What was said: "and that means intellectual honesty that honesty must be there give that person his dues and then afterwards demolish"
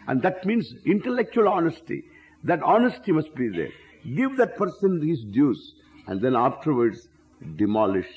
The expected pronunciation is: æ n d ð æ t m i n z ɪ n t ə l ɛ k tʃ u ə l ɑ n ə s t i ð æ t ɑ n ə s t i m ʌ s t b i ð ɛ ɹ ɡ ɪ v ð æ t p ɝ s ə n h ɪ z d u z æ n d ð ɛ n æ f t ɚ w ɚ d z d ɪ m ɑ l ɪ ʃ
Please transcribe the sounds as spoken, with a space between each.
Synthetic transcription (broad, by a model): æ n d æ t m i n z ɪ n t ə l ɛ k tʃ u ə l ɑ n ə s t i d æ t ɑ n ə s t i m ʌ s t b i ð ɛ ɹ ɡ ɪ v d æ t p ɝ s ə n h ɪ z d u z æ n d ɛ n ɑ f t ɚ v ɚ d s d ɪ m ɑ l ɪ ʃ